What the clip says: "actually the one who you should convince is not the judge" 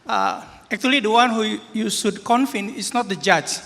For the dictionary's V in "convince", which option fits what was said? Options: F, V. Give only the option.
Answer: F